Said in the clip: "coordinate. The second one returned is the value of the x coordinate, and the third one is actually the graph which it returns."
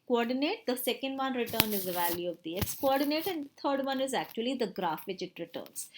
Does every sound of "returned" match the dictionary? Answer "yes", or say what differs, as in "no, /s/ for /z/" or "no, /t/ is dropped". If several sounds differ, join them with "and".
no, /d/ is dropped